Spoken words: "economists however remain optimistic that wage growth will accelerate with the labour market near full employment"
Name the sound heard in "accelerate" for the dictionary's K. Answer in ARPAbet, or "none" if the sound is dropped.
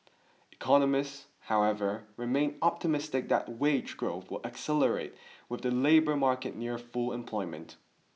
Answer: K